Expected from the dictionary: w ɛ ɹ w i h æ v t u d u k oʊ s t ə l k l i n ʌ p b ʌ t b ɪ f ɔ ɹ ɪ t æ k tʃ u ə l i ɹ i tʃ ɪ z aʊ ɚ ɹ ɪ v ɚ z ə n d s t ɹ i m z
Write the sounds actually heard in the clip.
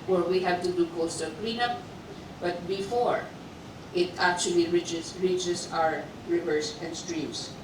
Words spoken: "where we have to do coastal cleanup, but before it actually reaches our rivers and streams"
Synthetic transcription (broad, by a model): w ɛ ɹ w i h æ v t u d u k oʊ s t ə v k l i n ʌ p b ʌ t b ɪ f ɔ ɹ ɪ t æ k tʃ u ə l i ɹ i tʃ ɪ s aʊ ɚ ɹ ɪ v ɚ s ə n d s t ɹ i m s